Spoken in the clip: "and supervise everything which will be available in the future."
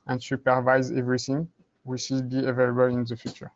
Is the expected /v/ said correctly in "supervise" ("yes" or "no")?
yes